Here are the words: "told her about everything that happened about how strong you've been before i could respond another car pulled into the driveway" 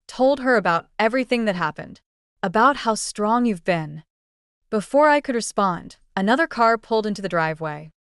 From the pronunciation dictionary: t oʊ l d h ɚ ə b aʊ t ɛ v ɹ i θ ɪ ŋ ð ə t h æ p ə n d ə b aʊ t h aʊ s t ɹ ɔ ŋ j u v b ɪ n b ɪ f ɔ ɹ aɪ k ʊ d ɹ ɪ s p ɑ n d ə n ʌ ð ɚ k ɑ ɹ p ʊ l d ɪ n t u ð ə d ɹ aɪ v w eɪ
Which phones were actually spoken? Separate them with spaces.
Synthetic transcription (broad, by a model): t oʊ l d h ɚ ə b aʊ t ɛ v ɹ i θ ɪ ŋ ð ə t h æ p ə n d ə b aʊ t h aʊ s t ɹ ɔ ŋ j u v b ɪ n b ɪ f ɔ ɹ aɪ k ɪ d ɹ ɪ s p ɑ n d ə n ʌ ð ɚ k ɑ ɹ p ʊ l d ɪ n t u ð ə d ɹ aɪ v w eɪ